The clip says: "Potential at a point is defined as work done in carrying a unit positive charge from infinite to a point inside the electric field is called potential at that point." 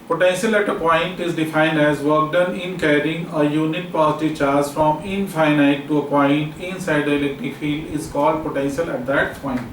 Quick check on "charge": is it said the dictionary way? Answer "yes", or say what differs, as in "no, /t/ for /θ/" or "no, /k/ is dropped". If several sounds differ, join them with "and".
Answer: no, /z/ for /dʒ/